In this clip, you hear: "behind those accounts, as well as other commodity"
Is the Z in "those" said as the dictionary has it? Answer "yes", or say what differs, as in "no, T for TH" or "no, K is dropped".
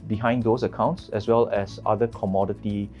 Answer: no, S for Z